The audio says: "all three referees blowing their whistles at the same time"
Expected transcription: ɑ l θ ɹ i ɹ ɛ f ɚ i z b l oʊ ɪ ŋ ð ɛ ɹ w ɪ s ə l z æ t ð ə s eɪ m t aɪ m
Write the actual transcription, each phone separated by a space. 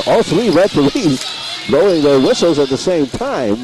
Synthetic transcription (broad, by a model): ɑ l θ ɹ i ɹ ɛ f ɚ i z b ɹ oʊ ɪ ŋ ð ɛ ɹ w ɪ s l z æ t ð ə s eɪ m t aɪ m